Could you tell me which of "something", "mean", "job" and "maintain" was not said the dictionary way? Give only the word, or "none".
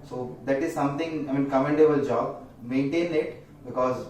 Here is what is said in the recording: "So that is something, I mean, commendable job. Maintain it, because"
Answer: something